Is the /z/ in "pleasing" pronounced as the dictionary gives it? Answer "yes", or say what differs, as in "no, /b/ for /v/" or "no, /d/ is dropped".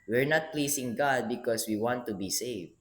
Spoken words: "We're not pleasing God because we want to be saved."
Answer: no, /s/ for /z/